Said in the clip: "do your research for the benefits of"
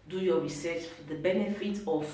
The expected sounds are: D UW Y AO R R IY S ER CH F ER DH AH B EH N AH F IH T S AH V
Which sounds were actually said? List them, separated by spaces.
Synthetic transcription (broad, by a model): D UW Y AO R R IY S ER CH F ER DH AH B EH N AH F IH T AH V